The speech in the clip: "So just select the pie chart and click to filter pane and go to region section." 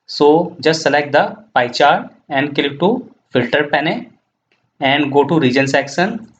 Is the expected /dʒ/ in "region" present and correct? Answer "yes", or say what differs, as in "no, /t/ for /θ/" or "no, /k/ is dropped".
yes